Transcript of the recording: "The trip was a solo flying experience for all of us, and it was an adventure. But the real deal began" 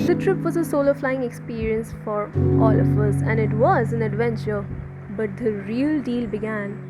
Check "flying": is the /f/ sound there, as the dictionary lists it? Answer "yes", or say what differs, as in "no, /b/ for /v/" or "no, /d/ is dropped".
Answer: yes